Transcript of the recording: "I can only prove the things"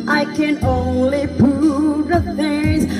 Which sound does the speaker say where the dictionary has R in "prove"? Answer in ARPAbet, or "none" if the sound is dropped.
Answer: none